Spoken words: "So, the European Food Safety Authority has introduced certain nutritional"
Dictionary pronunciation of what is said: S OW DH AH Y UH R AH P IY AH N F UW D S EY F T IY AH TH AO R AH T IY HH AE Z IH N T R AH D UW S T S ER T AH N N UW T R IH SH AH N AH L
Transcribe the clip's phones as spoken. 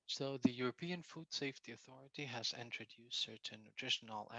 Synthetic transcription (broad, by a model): S OW DH AH Y UH R AH P IY AH N F UW D S EY F T IY AH TH AO R AH T IY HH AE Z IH N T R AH D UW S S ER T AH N N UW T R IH SH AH N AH L